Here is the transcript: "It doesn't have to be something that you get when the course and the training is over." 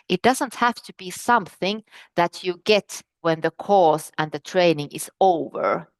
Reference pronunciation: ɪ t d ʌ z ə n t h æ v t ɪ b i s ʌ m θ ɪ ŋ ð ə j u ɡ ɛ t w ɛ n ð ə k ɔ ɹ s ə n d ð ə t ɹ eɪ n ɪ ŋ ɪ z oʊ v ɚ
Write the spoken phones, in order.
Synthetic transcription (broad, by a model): ɪ t d ʌ z ə n t h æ f t ɪ b i s ʌ m θ ɪ ŋ ð ə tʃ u ɡ ɛ t w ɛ n ð ə k ɔ ɹ s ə n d ð ə t ɹ eɪ n ɪ ŋ ɪ z oʊ v ɚ